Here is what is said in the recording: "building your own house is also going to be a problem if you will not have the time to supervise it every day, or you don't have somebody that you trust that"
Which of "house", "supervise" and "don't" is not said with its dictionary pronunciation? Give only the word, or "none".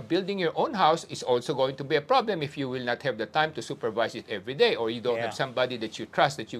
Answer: supervise